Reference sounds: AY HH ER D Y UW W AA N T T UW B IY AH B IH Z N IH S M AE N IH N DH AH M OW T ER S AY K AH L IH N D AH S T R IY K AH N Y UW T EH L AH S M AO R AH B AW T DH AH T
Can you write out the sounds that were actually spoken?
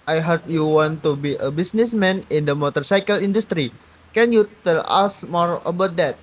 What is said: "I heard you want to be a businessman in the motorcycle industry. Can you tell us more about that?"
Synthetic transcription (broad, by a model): AY HH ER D Y UW W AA N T T UW B IY AH B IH S N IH S M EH N IH N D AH M OW T ER S AY K AH L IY N D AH S T R IY K AH N Y UW T EH L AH S M AO R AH B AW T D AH T